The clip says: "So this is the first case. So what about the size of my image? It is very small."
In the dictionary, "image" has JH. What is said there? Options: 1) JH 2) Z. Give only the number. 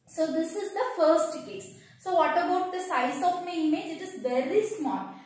1